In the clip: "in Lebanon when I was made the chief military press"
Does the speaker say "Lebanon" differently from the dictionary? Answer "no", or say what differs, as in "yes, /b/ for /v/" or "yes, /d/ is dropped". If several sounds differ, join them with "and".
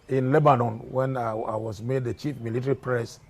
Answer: no